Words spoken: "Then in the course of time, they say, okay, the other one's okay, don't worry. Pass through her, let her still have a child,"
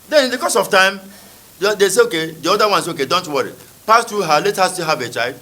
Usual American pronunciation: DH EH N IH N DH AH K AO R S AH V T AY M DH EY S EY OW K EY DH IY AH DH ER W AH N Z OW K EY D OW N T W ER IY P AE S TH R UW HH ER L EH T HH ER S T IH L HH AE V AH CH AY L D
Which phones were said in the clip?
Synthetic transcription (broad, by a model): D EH N IH N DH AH K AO S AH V T AY M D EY S EY OW K EY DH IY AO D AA W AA N S OW K EY D OW N T W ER IY P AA S T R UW HH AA L EH T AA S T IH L HH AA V AH CH AY L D